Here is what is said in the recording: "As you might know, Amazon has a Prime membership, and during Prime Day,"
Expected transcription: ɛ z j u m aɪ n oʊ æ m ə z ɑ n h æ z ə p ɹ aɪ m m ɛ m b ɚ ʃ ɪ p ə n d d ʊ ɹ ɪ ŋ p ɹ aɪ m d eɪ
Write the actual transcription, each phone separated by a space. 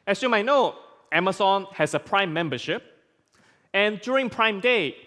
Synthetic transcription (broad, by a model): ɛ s j u m aɪ n oʊ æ m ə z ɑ n h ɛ s ə p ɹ aɪ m m ɛ m b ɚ ʃ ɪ p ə n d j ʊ ɹ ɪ ŋ p ɹ aɪ m d eɪ